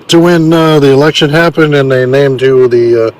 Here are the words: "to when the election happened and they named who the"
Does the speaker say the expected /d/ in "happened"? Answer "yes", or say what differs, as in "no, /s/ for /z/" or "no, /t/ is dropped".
yes